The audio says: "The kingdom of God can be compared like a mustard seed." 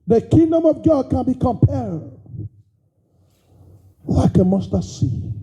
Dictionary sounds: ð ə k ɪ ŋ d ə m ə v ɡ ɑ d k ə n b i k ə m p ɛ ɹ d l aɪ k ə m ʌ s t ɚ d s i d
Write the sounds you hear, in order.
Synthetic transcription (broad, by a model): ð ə k ɪ ŋ d ə m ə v ɡ ɑ d k ə n b i k ə m p ɛ ɹ d l aɪ k ə m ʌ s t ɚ s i